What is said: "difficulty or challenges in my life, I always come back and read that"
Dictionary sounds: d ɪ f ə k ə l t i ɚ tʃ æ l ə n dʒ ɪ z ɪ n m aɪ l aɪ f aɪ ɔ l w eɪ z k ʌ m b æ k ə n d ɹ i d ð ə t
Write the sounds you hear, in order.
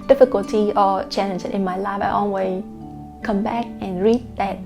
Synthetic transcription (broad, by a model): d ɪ f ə k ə l t i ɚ tʃ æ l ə n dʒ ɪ ɪ n m aɪ l aɪ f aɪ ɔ n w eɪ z k ʌ m b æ k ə n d ɹ i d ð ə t